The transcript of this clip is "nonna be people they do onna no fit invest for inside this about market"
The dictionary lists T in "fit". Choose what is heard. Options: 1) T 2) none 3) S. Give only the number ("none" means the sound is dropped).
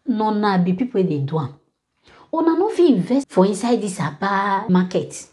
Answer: 2